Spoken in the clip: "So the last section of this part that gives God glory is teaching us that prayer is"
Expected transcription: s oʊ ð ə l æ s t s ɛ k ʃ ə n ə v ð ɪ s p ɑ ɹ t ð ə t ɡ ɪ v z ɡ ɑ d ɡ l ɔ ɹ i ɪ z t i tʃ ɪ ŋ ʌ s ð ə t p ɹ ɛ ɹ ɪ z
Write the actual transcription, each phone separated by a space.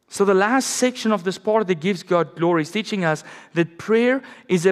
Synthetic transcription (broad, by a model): s oʊ ð ə l æ s t s ɛ k ʃ ə n ə v ð ɪ s p ɑ ɹ t ð ə t ɡ ɪ v z ɡ ɑ d ɡ l ɔ ɹ i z t i tʃ ɪ ŋ ʌ s ð ə t p ɹ ɛ ɹ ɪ z